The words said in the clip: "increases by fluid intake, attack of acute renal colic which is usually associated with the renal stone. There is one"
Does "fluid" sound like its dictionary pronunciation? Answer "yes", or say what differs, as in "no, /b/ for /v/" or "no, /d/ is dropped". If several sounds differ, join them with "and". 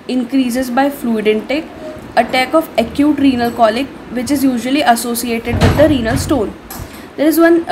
yes